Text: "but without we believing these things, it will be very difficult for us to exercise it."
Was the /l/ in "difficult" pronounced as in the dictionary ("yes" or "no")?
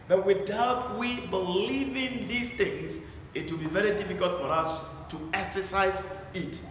yes